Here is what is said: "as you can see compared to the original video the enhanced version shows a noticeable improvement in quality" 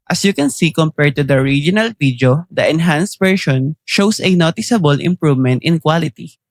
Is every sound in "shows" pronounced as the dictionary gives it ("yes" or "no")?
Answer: no